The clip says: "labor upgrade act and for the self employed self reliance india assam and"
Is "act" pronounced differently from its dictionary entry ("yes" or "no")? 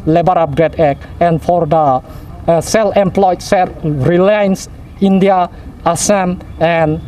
yes